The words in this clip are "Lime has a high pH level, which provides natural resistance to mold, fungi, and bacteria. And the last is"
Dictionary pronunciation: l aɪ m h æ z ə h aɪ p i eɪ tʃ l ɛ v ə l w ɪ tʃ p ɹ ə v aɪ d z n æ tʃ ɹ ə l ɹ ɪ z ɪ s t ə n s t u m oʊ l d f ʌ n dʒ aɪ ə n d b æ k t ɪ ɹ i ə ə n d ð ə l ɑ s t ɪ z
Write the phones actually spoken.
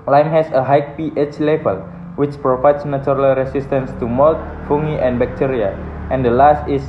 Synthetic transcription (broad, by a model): l aɪ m h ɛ s ə h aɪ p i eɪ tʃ l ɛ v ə l w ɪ tʃ p ɹ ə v aɪ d s n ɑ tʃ ɹ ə l ɹ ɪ s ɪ s t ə n s t u m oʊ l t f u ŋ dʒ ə n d b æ k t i ɹ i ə ə n d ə l ɑ s t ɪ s